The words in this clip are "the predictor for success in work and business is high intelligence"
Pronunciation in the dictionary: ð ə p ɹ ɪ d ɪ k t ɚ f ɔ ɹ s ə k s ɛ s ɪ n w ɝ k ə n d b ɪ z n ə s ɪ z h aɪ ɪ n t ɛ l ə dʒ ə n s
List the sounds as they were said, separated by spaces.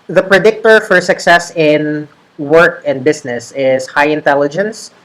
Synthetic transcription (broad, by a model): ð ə p ɹ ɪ d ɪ k t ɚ f ɔ ɹ s ə k s ɛ s ɪ n w ɝ k ə n d b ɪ s n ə s ɪ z h aɪ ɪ n t ɛ l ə dʒ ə n s